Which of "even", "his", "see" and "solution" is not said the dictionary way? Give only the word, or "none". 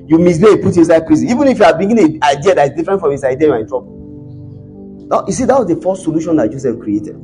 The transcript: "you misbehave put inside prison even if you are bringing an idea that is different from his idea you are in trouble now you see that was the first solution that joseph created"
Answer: his